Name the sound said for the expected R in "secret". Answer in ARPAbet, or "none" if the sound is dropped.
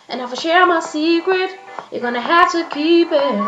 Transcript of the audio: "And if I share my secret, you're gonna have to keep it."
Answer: R